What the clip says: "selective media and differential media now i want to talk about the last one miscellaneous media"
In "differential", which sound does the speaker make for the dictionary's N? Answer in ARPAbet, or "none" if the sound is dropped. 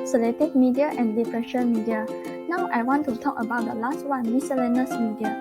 none